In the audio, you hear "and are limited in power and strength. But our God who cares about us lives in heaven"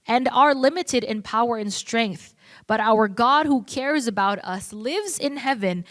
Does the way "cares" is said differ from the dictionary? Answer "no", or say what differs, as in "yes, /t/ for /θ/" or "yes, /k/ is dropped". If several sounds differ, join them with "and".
no